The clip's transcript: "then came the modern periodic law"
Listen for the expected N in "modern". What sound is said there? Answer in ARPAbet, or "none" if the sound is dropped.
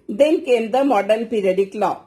L